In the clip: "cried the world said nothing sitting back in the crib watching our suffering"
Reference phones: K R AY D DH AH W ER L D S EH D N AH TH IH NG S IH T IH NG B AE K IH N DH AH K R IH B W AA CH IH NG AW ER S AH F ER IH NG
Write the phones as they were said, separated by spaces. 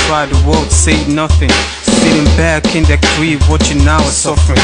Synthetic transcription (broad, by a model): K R AY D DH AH W ER L D S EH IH N AH TH IH NG S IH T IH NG B AE K IH N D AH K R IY W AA CH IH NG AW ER S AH F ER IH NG